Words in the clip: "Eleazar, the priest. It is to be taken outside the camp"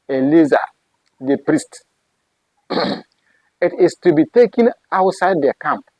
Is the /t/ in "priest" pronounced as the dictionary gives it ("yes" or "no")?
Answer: yes